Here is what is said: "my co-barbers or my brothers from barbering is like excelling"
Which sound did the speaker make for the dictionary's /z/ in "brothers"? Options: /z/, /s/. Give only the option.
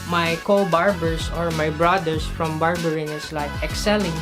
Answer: /s/